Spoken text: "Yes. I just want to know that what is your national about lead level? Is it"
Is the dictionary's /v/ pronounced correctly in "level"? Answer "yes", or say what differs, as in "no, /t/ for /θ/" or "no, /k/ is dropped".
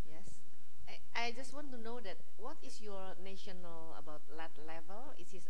yes